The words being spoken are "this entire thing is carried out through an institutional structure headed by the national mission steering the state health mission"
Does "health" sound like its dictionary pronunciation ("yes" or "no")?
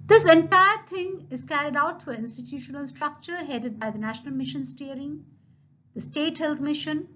no